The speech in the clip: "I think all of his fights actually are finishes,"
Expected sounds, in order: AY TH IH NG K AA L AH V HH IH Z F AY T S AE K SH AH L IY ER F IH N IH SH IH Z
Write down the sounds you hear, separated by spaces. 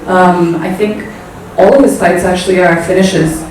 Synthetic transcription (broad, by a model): AY TH IH NG K AA L AH V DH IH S AY T S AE K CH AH L IY ER F IH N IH SH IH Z